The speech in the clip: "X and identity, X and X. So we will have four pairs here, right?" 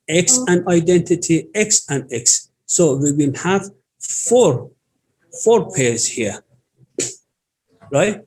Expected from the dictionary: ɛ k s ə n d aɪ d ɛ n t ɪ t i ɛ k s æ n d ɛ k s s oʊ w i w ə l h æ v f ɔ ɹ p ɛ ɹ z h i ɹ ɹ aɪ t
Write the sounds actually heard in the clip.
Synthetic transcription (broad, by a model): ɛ k s ə n d aɪ d ɛ n t ɪ t i ɛ k s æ n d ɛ k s s oʊ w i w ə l h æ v f ɔ ɹ f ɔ ɹ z h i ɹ ɹ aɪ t